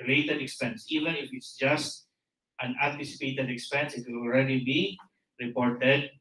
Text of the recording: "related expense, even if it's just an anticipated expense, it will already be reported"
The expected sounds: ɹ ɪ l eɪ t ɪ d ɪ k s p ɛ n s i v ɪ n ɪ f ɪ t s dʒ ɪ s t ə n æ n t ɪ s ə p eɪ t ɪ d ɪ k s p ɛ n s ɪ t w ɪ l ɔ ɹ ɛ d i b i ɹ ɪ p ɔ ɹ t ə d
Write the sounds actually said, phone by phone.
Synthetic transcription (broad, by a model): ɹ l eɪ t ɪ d ɪ k s p ɛ n s i v ɪ n ɪ f ɪ t s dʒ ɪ s t ə n æ n t ɪ s ə p eɪ t ɪ d ɪ k s p ɛ n s ɪ t w ɪ l ɔ ɹ ɛ d i b i ɹ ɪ p ɔ ɹ t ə d